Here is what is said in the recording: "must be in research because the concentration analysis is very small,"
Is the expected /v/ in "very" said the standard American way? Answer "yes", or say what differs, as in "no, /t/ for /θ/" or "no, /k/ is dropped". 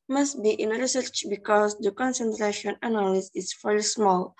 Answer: no, /f/ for /v/